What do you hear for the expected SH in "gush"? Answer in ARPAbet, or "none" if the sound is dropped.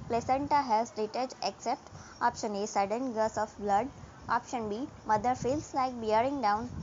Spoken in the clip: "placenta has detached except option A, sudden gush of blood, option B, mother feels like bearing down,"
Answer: S